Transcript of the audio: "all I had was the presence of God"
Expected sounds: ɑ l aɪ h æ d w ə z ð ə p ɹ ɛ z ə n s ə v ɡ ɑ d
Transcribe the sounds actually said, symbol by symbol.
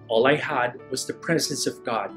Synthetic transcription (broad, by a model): ɑ l aɪ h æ d w ə z ð ə p ɹ ɛ z ə n s ə v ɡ ɑ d